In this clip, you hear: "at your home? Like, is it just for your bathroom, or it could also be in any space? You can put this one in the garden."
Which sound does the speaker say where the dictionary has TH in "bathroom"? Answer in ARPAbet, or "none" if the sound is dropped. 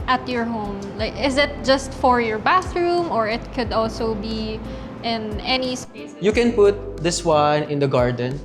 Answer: TH